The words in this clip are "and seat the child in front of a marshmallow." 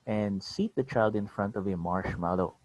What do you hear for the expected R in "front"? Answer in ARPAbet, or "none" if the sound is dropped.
R